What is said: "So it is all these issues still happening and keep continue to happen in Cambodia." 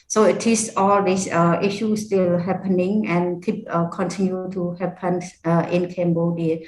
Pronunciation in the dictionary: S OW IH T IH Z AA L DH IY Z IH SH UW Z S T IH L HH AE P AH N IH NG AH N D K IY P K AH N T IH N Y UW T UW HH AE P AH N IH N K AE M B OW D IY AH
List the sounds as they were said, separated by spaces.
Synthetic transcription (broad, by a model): S OW IH T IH S AA L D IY S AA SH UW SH S T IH L HH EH P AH N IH NG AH N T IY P K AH N T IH N Y UW T UW HH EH P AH N IH N K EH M B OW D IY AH